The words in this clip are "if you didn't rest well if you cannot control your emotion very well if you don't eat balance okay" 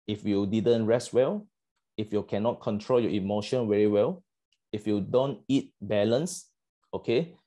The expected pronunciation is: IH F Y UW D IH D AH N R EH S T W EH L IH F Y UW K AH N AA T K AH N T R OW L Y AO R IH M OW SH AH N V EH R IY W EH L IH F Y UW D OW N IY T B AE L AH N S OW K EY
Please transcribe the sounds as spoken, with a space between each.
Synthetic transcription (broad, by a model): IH F Y UW D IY D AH N R EH S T W EH L IH F Y UW K AH N AA T K AH N T R OW L Y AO IH M OW SH AH N W EH R IY W EH L IH F Y UW D OW N IY T B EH L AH N S OW K EY